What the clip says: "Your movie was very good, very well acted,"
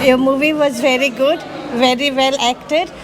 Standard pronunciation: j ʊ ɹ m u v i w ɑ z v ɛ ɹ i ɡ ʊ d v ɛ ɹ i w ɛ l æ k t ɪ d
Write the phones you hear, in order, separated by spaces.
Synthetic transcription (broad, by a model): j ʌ m u v i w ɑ z v ɛ ɹ i ɡ ʊ d v ɛ ɹ i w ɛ l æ k t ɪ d